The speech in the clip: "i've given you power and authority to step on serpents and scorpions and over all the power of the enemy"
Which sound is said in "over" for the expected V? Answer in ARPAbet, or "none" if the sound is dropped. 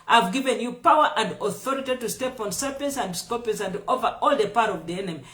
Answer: V